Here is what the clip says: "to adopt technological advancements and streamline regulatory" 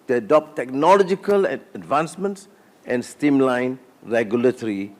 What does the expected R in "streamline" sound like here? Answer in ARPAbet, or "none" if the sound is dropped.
none